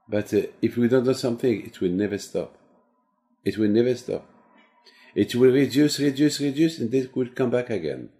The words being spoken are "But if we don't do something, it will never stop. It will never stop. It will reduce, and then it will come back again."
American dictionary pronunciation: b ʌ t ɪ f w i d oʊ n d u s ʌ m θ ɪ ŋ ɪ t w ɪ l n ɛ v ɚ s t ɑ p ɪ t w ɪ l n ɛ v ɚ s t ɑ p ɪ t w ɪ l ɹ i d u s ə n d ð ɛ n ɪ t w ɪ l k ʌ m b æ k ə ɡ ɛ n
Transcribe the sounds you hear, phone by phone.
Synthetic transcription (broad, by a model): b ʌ t ɪ f w i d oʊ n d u s ʌ m θ ɪ ŋ ɪ t w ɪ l n ɛ v ɚ s t ɑ p ɪ t w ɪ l n ɛ v ɚ s t ɑ p ɪ t w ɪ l ɹ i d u s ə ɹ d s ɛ n ɪ t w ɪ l k ʌ m b æ k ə ɡ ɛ n